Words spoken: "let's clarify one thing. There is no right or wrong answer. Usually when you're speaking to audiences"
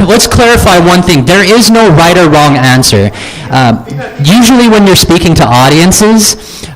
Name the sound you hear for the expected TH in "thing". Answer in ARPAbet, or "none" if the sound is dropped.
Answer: TH